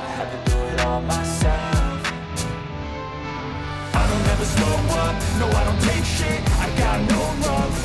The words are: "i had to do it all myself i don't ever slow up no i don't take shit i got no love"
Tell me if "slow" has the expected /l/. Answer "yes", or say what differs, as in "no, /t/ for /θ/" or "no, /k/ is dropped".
no, /l/ is dropped